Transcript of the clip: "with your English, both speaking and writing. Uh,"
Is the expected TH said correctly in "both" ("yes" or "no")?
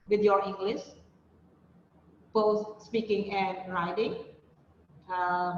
no